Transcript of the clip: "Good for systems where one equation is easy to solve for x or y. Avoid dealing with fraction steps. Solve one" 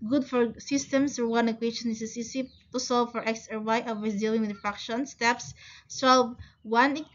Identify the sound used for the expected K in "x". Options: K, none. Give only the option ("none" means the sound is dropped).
K